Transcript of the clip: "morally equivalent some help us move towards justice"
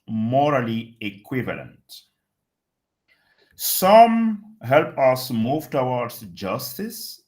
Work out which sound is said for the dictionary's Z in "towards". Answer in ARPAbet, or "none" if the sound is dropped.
S